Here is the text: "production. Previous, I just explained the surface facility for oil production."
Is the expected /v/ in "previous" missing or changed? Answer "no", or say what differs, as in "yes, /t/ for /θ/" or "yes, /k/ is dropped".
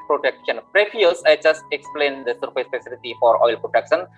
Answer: yes, /f/ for /v/